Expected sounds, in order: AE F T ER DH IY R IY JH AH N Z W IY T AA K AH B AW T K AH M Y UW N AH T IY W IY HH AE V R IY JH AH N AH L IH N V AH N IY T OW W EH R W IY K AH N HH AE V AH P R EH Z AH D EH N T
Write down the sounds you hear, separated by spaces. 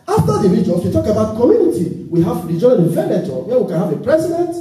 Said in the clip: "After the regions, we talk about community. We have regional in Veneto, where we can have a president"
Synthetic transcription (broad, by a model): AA F T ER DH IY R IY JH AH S W IY T AA K AH B AW T K AH M Y UW N AH T IY W IY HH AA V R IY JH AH AH N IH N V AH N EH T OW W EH W IY K AH N HH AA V AH P R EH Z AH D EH N T